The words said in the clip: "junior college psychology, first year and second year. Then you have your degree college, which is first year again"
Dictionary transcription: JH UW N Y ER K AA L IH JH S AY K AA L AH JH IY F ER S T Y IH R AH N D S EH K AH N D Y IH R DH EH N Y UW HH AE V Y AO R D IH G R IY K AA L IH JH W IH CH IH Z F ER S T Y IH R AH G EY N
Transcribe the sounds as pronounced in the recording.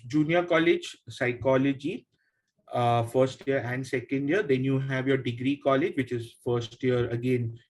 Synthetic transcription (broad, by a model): JH UW N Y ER K AA L IH JH S AY K AA L AH JH IY F ER S T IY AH R AH N D S EH K AH N D Y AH R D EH N Y UW HH AE V Y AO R D IH G R IY K AA L IH JH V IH CH IH Z F ER S T Y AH R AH G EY N